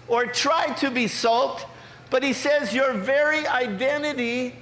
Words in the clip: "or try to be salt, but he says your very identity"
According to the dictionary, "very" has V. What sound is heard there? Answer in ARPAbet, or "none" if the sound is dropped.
V